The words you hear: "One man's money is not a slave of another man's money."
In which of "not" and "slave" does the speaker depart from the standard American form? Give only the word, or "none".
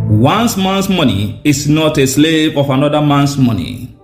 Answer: none